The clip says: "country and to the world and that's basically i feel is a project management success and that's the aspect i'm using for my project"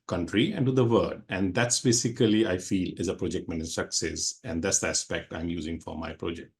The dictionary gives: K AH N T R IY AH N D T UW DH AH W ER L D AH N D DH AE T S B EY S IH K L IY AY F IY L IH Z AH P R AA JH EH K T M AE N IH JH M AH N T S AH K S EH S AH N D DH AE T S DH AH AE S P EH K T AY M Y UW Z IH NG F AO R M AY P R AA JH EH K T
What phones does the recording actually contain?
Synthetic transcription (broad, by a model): K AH N T R IY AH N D T UW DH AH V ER D AH N D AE T S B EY S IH K L IY AY F IY L IH Z AH P R AA JH EH K T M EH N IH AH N S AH K S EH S AH N D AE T S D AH AE S P EH K T AY M Y UW Z IH NG F AO R M AY P R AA JH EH K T